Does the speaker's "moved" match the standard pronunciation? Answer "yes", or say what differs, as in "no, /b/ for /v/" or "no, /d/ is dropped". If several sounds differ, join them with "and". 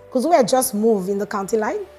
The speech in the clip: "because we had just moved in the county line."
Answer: no, /d/ is dropped